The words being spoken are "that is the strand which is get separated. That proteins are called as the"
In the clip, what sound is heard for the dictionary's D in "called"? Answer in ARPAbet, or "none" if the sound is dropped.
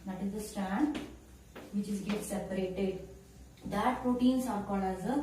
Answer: none